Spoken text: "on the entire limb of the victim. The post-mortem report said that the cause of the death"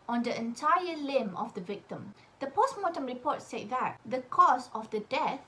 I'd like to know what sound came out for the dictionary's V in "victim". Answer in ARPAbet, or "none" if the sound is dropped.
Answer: V